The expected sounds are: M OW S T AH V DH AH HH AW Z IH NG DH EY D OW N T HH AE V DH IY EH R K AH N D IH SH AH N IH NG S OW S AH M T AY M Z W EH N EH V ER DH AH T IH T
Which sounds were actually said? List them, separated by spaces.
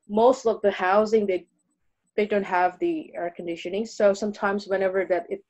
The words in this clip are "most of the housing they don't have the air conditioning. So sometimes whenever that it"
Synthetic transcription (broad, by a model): M OW S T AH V DH AH HH AW Z IH NG DH EY D OW N T HH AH V DH IY EH R K N D IH SH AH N IH NG S OW S AH M T AY M Z W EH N EH V ER DH AH T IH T